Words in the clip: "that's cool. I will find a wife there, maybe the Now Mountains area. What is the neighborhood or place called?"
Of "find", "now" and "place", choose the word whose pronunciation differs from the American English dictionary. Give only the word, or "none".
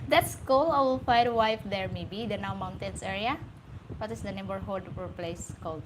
find